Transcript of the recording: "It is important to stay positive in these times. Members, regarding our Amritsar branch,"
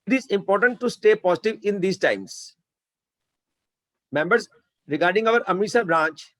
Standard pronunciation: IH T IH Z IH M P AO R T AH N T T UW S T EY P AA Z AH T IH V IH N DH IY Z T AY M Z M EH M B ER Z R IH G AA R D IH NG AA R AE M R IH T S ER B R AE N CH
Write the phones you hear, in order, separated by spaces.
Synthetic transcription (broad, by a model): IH T IH Z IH M P AO R T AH N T T UW S T EY P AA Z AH T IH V IH N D IY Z T AY M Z M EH M B ER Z R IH G AA R D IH NG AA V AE R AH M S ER B R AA N CH